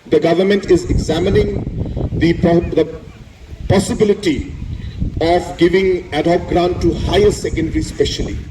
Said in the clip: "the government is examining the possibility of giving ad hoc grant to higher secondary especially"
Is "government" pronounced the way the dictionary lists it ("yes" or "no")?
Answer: yes